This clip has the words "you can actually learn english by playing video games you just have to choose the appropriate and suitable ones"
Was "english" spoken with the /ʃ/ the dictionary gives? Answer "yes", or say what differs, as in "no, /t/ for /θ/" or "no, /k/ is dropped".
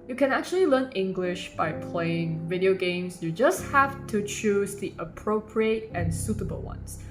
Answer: yes